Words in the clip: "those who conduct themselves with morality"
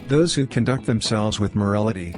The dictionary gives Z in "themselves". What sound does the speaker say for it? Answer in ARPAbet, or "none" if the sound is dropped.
Z